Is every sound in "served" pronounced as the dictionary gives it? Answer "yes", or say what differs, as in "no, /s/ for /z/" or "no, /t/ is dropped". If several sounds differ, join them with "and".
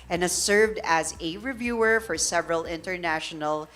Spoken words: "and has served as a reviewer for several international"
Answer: yes